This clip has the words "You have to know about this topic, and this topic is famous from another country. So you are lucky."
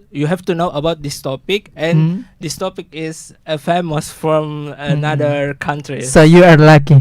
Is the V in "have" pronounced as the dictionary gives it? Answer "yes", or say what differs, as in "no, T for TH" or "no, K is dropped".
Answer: no, F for V